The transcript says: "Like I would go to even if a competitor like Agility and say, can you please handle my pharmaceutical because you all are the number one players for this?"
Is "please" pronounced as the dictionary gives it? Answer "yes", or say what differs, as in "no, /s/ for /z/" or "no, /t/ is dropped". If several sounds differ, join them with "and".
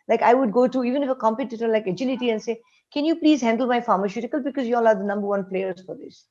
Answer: yes